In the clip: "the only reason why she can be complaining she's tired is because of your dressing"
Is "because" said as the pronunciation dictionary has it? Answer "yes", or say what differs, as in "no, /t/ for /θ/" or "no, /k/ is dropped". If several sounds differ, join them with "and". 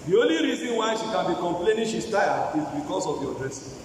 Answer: no, /s/ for /z/